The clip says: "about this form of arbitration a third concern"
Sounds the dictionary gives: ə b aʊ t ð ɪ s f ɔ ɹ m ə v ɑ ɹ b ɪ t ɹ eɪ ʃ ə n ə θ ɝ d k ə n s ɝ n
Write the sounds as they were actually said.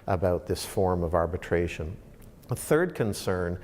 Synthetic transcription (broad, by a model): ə b aʊ t ð ɪ s f ɔ ɹ m ə v ɑ ɹ b ɪ t ɹ eɪ ʃ ə n ə θ ɝ d k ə n s ɝ n